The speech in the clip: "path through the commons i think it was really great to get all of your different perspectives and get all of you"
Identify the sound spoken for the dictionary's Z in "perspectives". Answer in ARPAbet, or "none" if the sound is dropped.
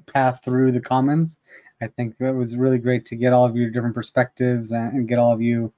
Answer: Z